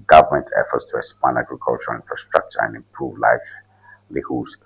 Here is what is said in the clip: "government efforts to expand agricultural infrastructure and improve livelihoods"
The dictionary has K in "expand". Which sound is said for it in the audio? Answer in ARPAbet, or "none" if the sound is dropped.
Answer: none